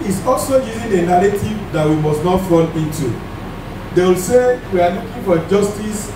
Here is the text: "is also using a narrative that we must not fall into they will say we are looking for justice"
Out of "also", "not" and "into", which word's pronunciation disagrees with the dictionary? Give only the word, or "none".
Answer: none